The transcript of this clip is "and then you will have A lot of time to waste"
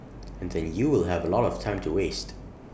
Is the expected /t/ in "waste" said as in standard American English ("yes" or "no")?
yes